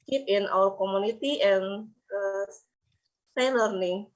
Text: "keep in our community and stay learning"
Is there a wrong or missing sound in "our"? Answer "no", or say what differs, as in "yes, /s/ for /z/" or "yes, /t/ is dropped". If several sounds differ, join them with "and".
yes, /l/ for /ɹ/